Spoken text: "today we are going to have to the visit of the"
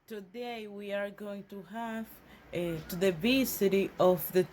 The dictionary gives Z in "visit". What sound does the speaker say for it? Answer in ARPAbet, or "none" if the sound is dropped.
S